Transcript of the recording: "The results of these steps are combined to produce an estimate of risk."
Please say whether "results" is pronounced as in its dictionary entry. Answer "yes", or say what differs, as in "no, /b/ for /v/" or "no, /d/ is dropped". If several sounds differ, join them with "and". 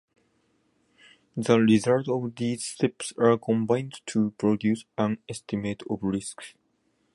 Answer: no, /s/ is dropped